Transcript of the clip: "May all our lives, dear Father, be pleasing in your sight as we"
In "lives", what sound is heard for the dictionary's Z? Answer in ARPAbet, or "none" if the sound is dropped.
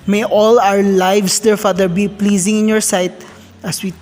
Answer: S